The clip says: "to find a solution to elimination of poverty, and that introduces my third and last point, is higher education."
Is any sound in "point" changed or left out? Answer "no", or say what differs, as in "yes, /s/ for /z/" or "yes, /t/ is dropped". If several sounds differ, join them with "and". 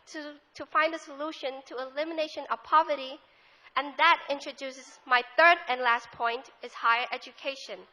no